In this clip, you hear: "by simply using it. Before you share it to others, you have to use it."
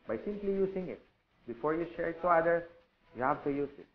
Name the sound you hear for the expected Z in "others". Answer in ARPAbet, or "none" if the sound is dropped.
none